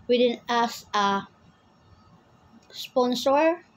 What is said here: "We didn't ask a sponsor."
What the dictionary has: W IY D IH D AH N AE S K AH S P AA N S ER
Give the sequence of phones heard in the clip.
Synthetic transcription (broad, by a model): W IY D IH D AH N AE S AH S P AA N S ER